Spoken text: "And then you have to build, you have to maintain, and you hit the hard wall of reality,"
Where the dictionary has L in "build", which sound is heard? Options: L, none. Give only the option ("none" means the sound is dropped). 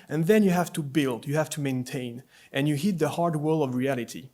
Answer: L